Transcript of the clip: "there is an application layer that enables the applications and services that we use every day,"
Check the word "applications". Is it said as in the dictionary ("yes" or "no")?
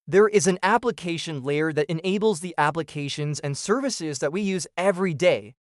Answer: yes